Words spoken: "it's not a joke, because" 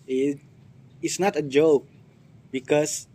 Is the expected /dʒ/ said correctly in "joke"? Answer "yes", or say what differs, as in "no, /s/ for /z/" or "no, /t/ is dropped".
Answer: yes